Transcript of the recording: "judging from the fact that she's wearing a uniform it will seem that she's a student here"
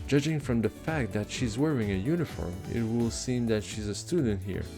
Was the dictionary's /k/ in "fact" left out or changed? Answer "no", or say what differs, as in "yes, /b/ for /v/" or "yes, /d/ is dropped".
no